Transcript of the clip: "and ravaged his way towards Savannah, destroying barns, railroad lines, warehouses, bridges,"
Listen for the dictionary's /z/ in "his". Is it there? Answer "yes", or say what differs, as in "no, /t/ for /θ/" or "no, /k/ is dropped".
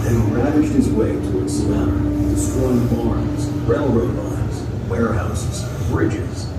yes